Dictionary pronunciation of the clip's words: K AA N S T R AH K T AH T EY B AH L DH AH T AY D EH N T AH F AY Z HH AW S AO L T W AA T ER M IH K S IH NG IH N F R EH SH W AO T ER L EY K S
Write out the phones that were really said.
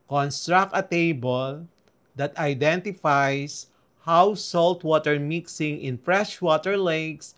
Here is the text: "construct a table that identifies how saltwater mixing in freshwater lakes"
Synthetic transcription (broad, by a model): K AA N S T R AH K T AH T EY B AH L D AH T AY D EH N T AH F AY S HH AW S AO L T W AA T ER M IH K S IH NG IH N F R EH SH W AO T ER L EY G S